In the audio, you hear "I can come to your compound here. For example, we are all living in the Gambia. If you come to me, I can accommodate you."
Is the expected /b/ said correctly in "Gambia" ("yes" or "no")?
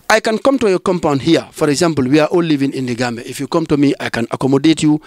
no